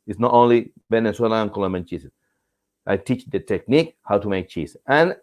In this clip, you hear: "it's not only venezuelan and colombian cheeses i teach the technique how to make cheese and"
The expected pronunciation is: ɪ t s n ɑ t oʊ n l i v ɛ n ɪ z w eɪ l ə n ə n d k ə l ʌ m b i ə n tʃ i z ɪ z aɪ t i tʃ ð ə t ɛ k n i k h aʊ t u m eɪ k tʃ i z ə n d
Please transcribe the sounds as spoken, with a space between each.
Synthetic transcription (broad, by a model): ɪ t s n ɑ t oʊ n l i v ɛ n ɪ s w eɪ l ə ə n k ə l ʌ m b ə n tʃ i s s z aɪ t i tʃ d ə t ɛ k n i k h aʊ t u m eɪ k tʃ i s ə n